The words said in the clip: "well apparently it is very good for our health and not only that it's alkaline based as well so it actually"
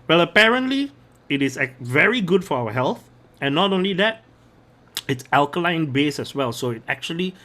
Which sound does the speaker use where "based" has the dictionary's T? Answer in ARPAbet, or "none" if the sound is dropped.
none